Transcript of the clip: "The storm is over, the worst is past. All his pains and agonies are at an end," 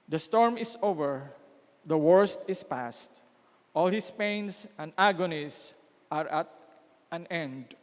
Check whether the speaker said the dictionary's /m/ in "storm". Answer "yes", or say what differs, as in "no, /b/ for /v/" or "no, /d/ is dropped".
yes